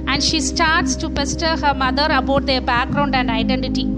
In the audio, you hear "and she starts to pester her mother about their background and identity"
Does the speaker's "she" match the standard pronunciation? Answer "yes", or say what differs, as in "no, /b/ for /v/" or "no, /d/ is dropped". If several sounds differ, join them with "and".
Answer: yes